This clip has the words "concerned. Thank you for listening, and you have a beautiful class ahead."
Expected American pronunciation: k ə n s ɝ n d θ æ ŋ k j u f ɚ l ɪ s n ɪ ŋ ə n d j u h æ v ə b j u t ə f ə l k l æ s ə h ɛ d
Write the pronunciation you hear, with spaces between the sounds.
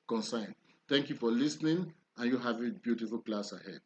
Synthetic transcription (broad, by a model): k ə n s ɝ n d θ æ ŋ k j u f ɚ l ɪ s n ɪ ŋ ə n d j u h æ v ə b j u t ə f ə l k l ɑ s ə h ɛ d